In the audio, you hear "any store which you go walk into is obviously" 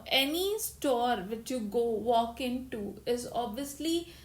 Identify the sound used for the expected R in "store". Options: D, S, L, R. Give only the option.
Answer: R